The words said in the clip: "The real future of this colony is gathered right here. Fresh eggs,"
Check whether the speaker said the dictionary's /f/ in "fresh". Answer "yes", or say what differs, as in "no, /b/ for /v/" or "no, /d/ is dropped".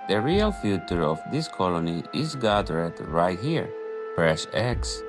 no, /p/ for /f/